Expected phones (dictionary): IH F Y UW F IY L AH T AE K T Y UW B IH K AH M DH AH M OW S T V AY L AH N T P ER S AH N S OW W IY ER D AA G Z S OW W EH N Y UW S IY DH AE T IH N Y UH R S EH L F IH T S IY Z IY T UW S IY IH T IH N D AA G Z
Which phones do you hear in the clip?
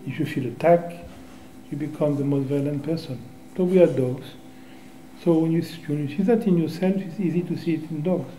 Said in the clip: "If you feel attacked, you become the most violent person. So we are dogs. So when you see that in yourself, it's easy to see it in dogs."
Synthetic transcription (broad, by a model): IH F Y UW F IY L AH T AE K Y UW B IH K AH M DH AH M OW S T V AY L AH N T P ER S AH N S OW W IY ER D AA G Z S OW W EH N Y UW S IY DH AE T IH N Y UH R S EH L F IH T S IY Z IY T UW S IY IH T IH N D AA G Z